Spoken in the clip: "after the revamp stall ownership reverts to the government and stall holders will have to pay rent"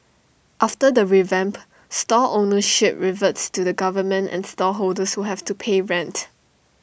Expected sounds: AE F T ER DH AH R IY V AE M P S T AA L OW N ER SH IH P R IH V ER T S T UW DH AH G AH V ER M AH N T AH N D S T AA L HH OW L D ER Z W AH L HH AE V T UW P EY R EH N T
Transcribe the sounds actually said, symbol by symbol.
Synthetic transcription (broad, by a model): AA F T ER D AH R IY V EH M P S T AA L OW N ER SH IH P R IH V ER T S T UW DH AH G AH V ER M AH N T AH N S T AA HH OW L D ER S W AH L HH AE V T UW P EY R EH N T